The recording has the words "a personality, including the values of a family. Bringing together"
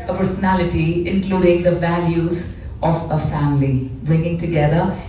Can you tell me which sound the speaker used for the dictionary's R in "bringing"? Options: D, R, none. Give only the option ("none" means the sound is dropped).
R